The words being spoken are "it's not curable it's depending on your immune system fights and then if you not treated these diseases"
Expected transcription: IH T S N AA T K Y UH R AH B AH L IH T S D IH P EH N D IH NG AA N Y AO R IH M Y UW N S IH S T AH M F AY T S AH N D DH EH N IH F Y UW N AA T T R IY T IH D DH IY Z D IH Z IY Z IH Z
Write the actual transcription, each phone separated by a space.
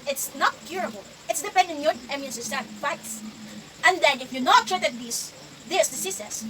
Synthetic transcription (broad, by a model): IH T S N AA T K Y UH R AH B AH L IH T S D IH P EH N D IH AA N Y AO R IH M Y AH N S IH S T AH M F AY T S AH N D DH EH N IH F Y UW N AA T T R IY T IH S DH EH S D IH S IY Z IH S